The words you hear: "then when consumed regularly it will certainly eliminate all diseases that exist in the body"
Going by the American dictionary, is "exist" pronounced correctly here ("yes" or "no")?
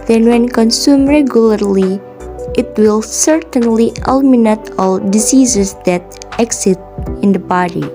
no